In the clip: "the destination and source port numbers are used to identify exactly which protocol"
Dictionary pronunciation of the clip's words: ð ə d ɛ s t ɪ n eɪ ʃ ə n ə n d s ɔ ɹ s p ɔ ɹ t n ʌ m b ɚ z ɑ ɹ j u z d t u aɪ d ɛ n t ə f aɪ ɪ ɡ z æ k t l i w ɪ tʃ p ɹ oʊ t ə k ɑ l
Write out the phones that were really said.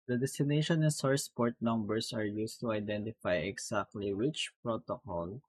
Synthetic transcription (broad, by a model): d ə d ɛ s t ɪ n eɪ ʃ ə n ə n s ɔ ɹ s p ɔ ɹ t n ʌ m b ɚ s ɑ ɹ j u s t u aɪ d ɛ n t ə f aɪ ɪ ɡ s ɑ k t l i w ɪ tʃ p ɹ oʊ t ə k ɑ l